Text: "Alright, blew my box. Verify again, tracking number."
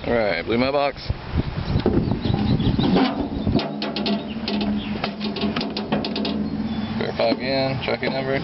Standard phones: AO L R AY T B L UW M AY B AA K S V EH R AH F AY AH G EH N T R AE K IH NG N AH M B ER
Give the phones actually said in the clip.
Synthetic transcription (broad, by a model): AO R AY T B L UW M AY B AA K S F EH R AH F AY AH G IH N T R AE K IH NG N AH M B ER